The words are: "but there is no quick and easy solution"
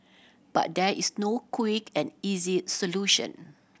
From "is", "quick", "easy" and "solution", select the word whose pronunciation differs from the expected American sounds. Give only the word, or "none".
is